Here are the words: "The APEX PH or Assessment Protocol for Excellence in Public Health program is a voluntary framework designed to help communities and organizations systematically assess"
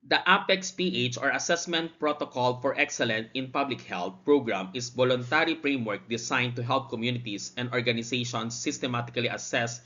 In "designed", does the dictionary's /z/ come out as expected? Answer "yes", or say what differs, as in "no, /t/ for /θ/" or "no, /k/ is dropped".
no, /s/ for /z/